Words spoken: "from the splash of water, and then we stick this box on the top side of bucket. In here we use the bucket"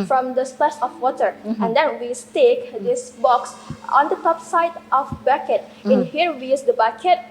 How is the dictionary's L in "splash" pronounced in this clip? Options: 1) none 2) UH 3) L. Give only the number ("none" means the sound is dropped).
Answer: 1